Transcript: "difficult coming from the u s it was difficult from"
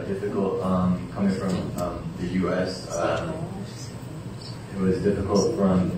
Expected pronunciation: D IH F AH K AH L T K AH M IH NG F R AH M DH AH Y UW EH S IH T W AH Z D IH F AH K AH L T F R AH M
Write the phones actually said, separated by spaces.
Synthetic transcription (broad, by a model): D IH F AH K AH L T K AH M IH NG F R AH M DH AH Y UW EH S IH T W AH Z D IH F AH K AH L T F R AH M